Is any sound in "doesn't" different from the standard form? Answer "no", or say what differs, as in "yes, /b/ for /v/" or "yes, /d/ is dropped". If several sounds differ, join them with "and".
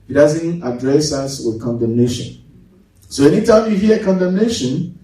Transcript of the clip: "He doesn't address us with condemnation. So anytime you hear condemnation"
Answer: no